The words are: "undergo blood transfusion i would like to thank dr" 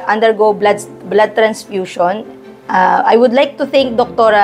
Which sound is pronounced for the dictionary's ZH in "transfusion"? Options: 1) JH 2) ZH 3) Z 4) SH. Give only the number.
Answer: 4